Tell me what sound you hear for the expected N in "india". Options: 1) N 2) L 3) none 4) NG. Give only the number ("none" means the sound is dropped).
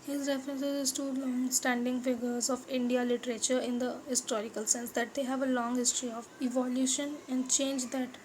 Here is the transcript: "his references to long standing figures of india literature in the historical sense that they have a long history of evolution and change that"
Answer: 1